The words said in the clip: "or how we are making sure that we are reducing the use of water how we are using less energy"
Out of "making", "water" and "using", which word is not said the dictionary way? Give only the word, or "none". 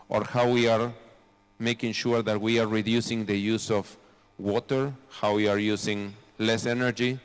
using